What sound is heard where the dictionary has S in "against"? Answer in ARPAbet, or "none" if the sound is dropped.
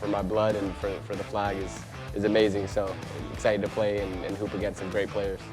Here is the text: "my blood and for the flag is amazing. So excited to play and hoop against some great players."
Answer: none